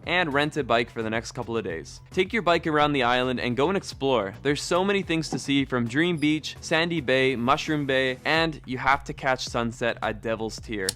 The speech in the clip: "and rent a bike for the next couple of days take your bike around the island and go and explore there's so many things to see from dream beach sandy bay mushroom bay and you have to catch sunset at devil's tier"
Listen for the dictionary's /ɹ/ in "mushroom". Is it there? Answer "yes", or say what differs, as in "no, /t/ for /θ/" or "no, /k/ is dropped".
yes